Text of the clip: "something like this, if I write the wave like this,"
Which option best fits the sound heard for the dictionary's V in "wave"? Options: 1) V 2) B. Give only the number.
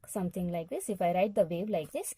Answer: 2